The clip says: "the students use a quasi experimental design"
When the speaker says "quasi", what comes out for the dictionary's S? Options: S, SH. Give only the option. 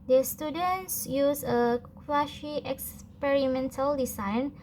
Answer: SH